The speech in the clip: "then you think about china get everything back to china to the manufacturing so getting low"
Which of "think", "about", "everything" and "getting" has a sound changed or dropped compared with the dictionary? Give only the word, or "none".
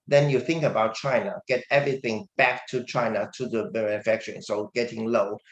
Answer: none